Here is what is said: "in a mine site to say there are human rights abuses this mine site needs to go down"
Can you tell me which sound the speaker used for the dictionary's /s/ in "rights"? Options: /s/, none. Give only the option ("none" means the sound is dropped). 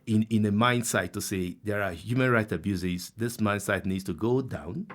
none